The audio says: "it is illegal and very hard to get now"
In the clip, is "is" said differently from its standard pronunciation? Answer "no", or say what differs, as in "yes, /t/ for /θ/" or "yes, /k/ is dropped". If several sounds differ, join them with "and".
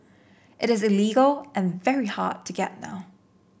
no